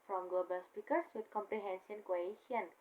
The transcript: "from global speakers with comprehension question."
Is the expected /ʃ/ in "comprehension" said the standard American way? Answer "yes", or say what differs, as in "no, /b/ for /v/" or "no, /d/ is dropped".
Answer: no, /s/ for /ʃ/